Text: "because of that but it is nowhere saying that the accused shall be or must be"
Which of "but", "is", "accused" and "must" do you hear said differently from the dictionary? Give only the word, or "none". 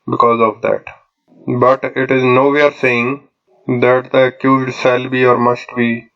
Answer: none